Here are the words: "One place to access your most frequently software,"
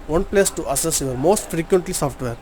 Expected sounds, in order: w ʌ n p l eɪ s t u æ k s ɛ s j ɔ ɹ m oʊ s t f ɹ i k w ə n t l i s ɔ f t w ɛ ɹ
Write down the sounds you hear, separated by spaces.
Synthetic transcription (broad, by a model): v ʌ n p l eɪ s t u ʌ s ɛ s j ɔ ɹ m oʊ s t f ɹ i k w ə n t l i s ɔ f t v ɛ ɹ